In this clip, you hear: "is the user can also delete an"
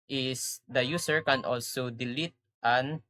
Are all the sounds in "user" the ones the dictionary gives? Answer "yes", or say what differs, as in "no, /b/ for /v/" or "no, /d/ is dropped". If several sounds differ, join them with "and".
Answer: no, /s/ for /z/